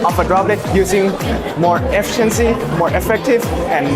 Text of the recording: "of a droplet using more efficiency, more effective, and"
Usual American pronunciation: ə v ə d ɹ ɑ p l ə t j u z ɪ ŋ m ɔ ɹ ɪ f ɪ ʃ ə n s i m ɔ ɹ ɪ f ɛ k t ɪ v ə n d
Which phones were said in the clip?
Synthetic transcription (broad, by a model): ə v ə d ɹ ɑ b l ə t j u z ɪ ŋ m ɔ ɹ ɪ f ɪ ʃ ə n s i m ɔ ɹ ɪ f ɛ k t ɪ v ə n